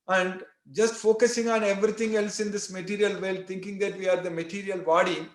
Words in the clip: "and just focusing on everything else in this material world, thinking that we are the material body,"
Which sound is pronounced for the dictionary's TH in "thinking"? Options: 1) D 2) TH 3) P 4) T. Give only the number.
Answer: 4